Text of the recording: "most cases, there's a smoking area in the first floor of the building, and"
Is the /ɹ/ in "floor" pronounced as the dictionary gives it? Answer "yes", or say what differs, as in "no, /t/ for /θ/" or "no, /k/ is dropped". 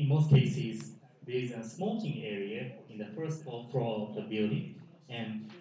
no, /l/ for /ɹ/